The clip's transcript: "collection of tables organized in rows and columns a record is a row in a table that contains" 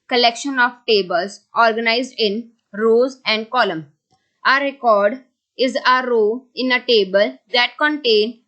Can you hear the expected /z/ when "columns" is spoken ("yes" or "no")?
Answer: no